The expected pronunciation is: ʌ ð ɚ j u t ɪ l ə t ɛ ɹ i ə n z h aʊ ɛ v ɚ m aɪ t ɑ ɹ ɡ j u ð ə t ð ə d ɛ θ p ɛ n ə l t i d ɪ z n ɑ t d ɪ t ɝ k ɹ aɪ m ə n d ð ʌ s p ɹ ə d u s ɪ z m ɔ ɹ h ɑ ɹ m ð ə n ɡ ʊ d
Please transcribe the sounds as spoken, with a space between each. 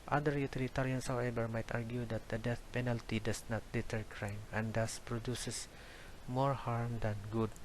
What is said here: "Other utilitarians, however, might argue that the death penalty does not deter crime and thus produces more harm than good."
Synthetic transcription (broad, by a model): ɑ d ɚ j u t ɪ l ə t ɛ ɹ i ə n s h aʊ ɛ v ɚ m aɪ t ɑ ɹ ɡ j u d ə t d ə d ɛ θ p ɛ n ə l t i d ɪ s n ɑ t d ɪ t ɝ k ɹ aɪ m ə n d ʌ s p ɹ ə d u s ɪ s m ɔ ɹ h ɑ ɹ m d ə n ɡ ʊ d